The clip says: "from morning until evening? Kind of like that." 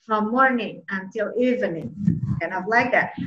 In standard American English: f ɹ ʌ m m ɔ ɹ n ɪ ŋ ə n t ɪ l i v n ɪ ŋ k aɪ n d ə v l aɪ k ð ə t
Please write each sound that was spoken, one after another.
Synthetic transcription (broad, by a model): f ɹ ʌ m m ɔ ɹ n ɪ ŋ ə n t ɪ l i v n ɪ ŋ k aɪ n ə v l aɪ k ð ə t